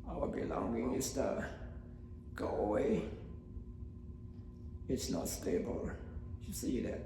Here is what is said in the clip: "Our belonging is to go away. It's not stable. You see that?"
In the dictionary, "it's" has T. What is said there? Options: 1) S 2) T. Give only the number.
2